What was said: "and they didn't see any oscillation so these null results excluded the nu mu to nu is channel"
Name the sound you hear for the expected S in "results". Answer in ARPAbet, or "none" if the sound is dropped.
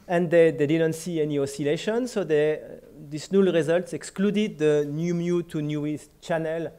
S